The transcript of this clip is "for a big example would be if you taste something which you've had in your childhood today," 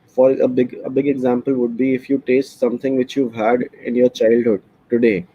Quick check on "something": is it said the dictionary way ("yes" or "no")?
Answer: no